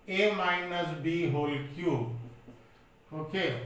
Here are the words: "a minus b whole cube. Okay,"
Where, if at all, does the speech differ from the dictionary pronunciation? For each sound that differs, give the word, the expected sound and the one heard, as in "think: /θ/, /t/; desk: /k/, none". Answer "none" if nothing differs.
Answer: cube: /b/, none